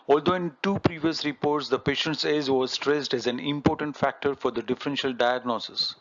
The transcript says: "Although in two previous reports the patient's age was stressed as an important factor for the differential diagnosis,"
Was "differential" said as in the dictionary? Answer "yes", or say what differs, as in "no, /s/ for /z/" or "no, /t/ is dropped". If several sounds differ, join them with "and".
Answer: yes